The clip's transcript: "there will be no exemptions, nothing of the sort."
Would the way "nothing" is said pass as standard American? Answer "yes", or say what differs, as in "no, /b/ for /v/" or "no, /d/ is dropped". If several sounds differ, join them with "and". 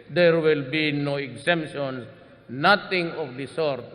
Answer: no, /t/ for /θ/